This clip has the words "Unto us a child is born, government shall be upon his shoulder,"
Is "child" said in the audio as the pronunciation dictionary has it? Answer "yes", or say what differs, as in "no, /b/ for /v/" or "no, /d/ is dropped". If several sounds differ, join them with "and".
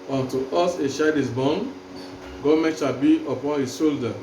no, /ʃ/ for /tʃ/ and /l/ is dropped